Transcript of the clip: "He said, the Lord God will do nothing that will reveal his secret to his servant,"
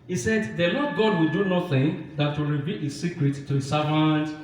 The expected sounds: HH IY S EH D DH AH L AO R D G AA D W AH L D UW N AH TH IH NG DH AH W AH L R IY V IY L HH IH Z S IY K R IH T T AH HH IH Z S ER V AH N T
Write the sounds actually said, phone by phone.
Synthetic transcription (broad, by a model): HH IY S EH D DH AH L AO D G AA D W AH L D UW N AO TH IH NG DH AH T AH R IY V IY L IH S IY K R IH T T AH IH S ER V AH N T